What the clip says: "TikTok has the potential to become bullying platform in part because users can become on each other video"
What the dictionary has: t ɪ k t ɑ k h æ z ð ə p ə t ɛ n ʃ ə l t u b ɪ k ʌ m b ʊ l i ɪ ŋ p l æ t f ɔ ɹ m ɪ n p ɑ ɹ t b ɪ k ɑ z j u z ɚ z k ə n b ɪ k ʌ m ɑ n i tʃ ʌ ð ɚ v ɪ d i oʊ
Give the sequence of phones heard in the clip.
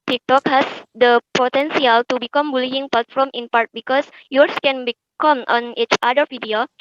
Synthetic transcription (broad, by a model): t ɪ k t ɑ k h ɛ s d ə p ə t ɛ n s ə l t u b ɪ k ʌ m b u l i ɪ ŋ p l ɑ t f ɔ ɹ m ɪ n p ɑ ɹ t b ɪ k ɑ s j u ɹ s k ə n b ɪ k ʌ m ɑ n i tʃ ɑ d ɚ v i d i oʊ